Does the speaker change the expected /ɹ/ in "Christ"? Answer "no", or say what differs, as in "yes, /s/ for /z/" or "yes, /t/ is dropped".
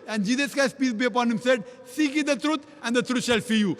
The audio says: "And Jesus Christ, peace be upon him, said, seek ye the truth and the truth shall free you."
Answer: yes, /ɹ/ is dropped